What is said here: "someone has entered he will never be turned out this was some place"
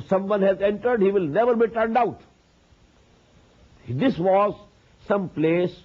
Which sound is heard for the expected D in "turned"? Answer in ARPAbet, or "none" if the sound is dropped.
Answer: D